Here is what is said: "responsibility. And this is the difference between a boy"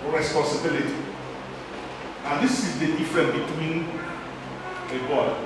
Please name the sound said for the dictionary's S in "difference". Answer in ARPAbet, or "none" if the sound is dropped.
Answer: none